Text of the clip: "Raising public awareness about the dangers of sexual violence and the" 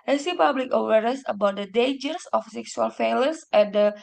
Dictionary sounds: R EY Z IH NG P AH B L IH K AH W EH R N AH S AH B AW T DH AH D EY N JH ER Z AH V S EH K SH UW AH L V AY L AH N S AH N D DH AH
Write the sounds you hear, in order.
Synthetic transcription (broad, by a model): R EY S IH P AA B L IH K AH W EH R AH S AH B AW T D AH D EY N JH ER S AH F S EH K S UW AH L F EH L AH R S AH N D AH